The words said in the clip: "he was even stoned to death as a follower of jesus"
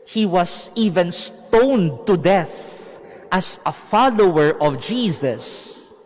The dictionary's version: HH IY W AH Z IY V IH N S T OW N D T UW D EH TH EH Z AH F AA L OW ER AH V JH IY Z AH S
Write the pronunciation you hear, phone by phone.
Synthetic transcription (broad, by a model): HH IY W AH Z IY V IH N S T OW N D T UW D EH TH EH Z AH F AA L OW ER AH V JH IY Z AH S